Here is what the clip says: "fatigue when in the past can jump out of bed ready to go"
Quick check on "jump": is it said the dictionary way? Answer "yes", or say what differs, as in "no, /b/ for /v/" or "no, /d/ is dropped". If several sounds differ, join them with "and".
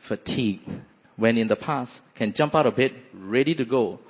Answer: yes